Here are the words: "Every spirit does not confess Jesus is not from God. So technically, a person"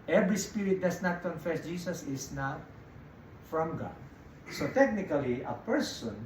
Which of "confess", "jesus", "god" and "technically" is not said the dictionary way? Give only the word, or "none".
jesus